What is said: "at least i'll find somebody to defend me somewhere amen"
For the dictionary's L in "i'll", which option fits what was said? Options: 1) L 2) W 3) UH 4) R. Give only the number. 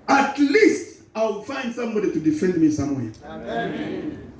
2